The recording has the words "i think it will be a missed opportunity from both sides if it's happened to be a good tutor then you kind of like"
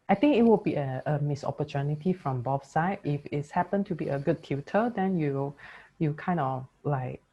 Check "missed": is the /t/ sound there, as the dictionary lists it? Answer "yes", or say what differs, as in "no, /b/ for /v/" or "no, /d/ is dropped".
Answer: no, /t/ is dropped